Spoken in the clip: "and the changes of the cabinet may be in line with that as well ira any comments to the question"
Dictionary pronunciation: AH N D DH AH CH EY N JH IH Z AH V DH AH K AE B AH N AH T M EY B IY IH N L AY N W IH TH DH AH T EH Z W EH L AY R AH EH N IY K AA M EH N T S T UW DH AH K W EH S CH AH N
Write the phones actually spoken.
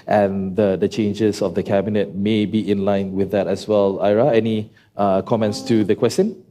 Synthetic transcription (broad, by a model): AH N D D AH CH EY N JH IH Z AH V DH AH K AE B AH N AH T M EY B IY IH N L AY N W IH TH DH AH T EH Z W EH L AY R AH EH N IY K AA M EH N T S T UW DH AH K W EH S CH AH N